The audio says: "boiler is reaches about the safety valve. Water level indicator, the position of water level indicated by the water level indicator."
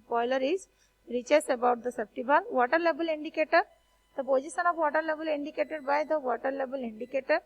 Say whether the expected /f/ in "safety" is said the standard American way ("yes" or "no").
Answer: no